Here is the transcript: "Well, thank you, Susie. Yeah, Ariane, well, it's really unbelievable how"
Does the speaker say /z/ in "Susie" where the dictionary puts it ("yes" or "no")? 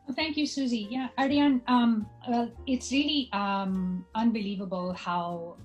yes